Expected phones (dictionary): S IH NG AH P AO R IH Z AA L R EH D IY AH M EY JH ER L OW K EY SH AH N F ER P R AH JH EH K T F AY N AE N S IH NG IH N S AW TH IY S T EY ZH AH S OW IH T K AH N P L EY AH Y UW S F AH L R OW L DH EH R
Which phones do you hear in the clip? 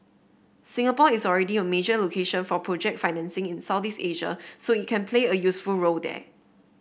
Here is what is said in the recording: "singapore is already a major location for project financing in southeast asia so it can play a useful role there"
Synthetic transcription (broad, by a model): S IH NG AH P AO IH S AA L R EH D IY AH M EY JH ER L OW K EY SH AH N F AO P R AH JH EH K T F AY N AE N S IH NG IH N S AW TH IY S EY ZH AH S OW IH T K AH N P L EY AH Y UW S F AH L R OW L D EH